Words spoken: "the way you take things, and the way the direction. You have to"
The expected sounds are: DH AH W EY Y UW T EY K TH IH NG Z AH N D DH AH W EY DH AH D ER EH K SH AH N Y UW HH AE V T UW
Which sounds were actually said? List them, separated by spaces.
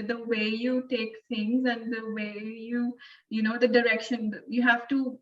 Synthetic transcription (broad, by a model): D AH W EY Y UW T EY K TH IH NG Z AH N D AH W EY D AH D ER EH K SH AH N Y UW HH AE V T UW